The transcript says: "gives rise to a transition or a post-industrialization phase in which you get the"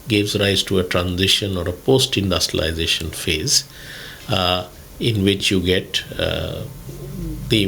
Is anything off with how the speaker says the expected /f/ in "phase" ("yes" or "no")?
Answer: no